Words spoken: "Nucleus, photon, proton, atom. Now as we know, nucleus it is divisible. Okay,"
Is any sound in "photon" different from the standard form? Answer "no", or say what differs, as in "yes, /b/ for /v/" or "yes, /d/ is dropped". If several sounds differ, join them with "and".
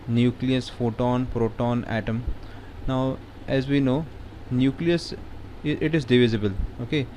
no